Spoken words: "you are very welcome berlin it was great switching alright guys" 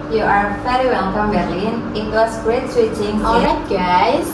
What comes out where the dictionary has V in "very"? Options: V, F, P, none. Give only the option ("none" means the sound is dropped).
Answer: F